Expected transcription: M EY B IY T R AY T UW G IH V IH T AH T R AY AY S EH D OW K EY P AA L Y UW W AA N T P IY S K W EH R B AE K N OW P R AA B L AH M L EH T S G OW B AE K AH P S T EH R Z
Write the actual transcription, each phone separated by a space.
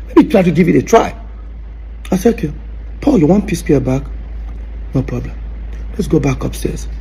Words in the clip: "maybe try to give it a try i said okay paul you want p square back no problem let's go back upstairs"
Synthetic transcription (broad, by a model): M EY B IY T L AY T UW G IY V IH T AH T R AY AY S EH OW K EY P AA L Y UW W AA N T P IY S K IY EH B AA K N OW P R AA B L AH M L EH T S G OW B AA K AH P S T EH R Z